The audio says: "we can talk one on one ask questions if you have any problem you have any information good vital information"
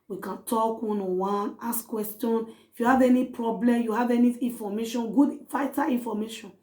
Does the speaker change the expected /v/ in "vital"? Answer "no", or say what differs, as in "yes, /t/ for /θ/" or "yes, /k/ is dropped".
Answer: yes, /f/ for /v/